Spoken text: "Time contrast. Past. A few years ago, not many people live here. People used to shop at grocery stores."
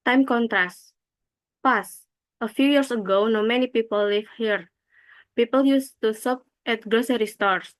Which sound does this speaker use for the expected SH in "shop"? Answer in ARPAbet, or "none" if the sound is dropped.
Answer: S